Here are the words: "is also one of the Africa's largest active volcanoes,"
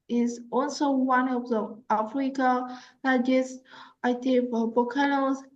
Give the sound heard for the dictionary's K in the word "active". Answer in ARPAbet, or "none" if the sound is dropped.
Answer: none